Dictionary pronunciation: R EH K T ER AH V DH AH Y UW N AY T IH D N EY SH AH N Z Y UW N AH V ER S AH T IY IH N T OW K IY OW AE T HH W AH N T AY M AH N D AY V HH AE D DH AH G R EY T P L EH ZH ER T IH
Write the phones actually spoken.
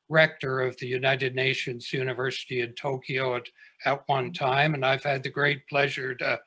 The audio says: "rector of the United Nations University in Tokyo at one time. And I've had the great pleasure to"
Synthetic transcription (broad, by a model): R EH K T ER AH V DH AH Y UW N AY T IH D N EY SH AH N Z Y UW N AH V ER S AH T IY IH N T OW K IY OW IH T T W AH N T AY M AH N AY V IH D DH AH G R EY T P L EH ZH ER T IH